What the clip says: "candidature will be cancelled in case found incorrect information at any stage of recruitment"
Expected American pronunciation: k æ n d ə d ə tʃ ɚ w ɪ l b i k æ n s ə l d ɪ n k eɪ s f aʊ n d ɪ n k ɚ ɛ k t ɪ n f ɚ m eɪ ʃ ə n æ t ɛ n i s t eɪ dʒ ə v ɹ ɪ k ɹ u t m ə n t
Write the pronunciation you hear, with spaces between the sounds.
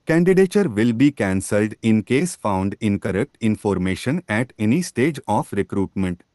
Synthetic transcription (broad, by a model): k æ n d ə d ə tʃ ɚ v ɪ l b i k æ n s ə l d ɪ n k eɪ s f aʊ n d ɪ n k ɚ ɛ k t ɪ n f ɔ m eɪ ʃ ə n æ t ɛ n i s t eɪ dʒ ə f ɹ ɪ k ɹ u t m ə n t